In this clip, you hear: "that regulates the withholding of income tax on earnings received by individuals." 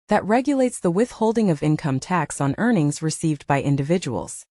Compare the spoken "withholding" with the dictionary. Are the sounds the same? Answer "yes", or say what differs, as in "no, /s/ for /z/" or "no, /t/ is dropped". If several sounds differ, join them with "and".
yes